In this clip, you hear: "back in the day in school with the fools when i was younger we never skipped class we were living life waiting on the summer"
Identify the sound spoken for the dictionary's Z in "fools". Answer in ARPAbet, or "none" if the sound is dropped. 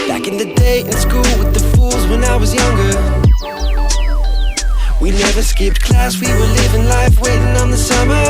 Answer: Z